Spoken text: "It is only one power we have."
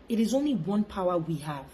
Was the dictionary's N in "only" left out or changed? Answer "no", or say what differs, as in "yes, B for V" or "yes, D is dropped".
no